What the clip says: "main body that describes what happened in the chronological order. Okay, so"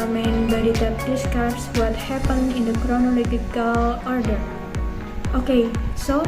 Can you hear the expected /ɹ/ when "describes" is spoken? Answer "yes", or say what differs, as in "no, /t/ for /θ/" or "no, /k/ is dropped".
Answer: no, /ɹ/ is dropped